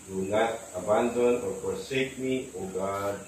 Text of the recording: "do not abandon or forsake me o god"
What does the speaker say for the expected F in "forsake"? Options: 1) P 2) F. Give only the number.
1